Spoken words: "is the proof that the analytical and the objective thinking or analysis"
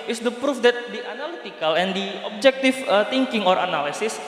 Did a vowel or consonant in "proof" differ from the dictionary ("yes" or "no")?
no